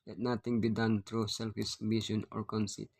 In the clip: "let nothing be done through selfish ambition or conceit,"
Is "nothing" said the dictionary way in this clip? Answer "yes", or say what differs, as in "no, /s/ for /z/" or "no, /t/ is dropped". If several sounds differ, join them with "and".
no, /t/ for /θ/